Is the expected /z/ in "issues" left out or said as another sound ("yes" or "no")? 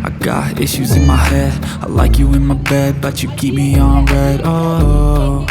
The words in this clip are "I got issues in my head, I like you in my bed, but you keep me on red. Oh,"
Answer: no